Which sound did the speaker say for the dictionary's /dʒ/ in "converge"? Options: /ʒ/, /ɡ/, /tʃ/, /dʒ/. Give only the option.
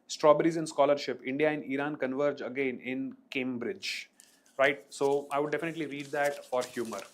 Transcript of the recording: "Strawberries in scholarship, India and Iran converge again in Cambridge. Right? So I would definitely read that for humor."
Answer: /dʒ/